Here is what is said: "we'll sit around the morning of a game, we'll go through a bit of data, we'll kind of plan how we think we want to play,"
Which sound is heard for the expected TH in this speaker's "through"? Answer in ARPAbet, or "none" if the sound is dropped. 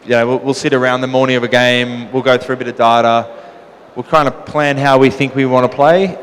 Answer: TH